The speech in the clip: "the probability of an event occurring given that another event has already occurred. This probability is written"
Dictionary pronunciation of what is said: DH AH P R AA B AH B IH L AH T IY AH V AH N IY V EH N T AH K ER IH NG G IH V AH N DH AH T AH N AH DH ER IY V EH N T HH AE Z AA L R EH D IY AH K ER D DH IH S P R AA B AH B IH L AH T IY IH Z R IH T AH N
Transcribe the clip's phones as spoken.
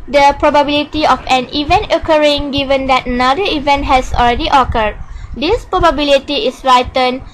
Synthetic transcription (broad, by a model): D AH P R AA B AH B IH L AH T IY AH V AH N IY V EH N T AH K ER IH NG G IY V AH N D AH T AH N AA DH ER IY V EH N T HH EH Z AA L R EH D IY AH K ER D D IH S P R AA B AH B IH L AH T IY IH S R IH T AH N